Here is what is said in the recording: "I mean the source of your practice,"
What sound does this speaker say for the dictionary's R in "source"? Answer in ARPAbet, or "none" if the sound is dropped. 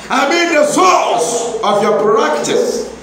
L